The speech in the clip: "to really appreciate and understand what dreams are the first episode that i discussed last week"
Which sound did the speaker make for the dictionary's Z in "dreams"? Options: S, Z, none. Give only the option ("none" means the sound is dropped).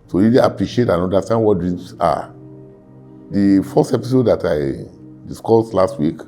S